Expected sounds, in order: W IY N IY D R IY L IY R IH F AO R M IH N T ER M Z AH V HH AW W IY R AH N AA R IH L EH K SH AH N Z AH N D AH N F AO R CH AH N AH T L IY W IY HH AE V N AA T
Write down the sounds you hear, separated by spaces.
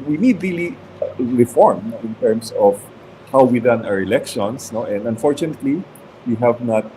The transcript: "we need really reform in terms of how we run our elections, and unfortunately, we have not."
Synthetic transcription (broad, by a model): W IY N IY D R IY L IY R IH F AO R M IH N T ER M S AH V HH AW W IY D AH N AA R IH L EH K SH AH N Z AH N D AH N F AO R CH AH N AH T L IY W IY HH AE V N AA T